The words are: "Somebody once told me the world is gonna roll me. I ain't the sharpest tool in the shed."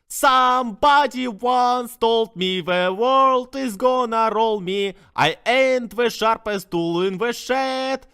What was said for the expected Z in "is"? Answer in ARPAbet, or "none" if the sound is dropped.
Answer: Z